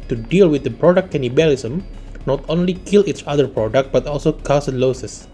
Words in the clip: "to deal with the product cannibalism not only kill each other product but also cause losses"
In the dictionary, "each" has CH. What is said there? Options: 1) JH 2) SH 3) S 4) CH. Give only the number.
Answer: 4